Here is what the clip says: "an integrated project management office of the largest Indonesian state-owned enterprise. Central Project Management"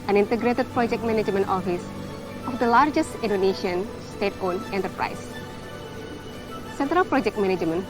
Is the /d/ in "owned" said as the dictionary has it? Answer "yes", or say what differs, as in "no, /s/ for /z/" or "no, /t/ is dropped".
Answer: no, /d/ is dropped